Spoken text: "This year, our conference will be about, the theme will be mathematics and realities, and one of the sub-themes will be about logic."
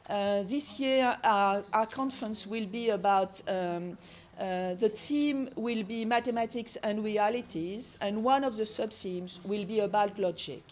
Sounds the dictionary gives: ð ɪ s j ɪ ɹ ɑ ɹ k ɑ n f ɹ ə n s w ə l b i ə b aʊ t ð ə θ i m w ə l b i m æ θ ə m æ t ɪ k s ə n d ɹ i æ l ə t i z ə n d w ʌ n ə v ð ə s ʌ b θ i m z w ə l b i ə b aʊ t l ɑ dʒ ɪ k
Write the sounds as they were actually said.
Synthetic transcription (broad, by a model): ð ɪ s j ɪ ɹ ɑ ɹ k ɑ n f ɹ ə n s w ə l b i ə b aʊ t ð ə t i m w ə l b i m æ t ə m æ t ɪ k s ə n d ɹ i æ l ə t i z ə n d w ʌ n ə v ð ə s ʌ b t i m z w ə l b i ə b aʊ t l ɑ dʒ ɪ k